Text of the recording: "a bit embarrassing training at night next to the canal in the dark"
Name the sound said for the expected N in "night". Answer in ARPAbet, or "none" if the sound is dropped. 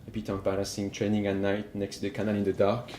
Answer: N